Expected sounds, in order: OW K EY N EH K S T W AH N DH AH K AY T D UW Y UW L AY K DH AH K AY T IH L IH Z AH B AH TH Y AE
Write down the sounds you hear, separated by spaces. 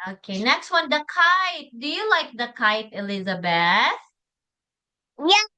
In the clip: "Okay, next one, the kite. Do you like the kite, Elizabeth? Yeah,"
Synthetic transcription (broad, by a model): OW K EY N EH K S T W AH N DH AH K AY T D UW Y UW L AY K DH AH K AY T IH L IH Z AH B AH TH Y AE